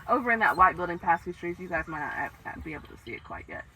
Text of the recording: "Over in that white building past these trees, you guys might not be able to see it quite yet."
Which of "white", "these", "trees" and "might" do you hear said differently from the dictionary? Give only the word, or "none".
these